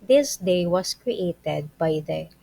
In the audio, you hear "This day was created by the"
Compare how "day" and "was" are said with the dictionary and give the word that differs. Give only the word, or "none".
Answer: was